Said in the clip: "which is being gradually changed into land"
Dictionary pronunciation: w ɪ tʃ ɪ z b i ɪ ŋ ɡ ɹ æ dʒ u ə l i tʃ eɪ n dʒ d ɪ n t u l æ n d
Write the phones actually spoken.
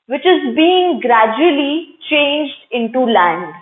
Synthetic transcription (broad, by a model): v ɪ tʃ ɪ z b i ɪ ŋ ɡ ɹ æ dʒ u ə l i tʃ eɪ n dʒ d ɪ n t u l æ n d